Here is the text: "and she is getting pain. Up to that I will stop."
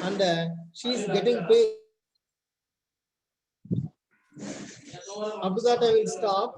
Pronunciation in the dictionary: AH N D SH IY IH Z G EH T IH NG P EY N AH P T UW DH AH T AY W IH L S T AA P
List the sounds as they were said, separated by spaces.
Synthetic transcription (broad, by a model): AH N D SH IY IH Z G EH T IH NG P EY AH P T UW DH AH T AY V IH L S T AA P